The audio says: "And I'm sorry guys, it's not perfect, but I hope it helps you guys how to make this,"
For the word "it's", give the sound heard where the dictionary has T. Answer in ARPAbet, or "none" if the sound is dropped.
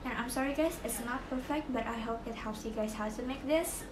T